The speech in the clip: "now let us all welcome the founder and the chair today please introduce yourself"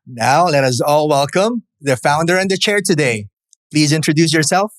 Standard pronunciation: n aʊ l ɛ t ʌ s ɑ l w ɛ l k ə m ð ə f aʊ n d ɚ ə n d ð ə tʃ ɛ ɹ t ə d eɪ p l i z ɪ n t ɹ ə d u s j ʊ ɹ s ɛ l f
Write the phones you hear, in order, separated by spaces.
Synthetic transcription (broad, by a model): n aʊ l ɛ t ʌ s ɑ l w ɛ l k ə m ð ə f aʊ n d ɚ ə n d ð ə tʃ ɛ ɹ t ə d eɪ p l i z ɪ n t ɹ ə d u s j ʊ ɹ s ɛ l f